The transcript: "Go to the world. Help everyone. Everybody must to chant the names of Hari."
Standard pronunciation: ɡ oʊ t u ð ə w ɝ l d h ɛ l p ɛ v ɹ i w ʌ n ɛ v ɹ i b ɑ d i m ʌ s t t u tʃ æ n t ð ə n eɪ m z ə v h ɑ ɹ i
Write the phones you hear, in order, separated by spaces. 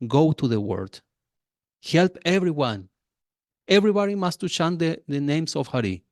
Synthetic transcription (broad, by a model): ɡ oʊ t u ð ə w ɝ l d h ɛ l p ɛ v ɹ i w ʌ n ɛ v ɹ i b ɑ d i m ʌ s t t u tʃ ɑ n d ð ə n eɪ m s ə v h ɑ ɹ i